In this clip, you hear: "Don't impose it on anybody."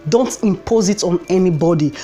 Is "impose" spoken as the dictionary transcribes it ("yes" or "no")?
yes